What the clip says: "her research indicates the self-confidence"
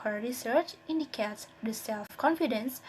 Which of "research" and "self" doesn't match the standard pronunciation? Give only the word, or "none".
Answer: none